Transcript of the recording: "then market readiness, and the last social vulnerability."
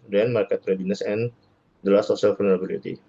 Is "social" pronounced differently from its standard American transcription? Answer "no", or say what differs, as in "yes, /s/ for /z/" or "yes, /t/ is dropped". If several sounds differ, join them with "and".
yes, /s/ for /ʃ/